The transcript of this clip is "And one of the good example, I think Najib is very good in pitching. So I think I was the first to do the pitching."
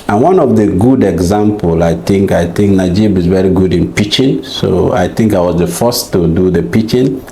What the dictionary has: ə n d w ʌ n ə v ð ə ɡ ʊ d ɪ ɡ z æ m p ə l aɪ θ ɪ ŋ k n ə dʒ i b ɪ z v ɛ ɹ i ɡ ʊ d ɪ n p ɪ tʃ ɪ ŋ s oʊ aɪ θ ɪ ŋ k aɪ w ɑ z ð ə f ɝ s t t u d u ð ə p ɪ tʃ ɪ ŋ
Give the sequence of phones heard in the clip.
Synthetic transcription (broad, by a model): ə n w ʌ n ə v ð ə ɡ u d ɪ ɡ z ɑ m p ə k aɪ θ ɪ ŋ k n ə dʒ i b ɪ z v ɛ ɹ i ɡ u d ɪ n p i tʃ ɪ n s oʊ aɪ θ ɪ ŋ k aɪ w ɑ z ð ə f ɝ s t t u d u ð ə p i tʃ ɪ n